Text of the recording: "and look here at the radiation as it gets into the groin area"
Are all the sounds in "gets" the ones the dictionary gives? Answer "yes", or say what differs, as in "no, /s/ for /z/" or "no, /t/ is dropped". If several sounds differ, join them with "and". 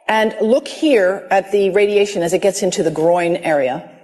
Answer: yes